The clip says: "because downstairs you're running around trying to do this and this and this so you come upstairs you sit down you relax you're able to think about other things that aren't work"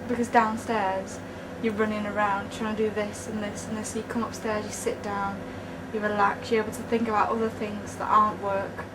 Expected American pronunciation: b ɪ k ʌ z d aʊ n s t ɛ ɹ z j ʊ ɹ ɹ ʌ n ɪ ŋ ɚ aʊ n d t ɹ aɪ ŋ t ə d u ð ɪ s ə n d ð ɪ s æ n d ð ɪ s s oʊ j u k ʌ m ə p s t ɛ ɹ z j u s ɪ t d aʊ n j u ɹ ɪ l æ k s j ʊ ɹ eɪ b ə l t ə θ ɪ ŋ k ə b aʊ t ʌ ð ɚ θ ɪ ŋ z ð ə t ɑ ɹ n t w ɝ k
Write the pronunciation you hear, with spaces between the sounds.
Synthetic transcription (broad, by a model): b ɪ k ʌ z d aʊ n s t ɛ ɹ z j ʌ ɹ ɹ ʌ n ɪ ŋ ɚ aʊ n d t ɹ aɪ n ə d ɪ ð ɪ s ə n ð ɪ s n ð ɪ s s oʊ j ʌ k ʌ m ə p s t ɛ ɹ z j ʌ s ɪ t d aʊ n j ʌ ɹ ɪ l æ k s j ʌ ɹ eɪ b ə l t ə θ ɪ ŋ k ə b aʊ t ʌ ð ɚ θ ɪ ŋ z ð ə t ɑ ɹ n t w ɝ k